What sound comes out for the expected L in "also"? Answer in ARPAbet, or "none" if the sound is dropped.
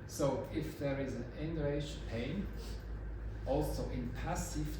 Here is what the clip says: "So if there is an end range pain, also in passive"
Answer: L